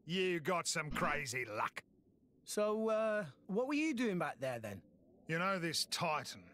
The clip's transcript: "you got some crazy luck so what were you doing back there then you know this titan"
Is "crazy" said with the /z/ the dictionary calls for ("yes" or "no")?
yes